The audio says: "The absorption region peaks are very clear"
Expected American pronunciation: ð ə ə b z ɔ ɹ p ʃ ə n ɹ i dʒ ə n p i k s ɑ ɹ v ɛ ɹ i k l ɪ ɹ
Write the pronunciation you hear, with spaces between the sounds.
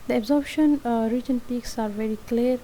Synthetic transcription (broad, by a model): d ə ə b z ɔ ɹ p ʃ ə n ɹ i dʒ ə n p i k s ɑ ɹ v ɛ ɹ i k l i ɹ